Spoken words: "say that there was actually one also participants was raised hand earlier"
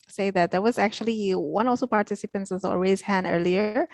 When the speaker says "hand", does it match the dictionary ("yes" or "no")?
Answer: no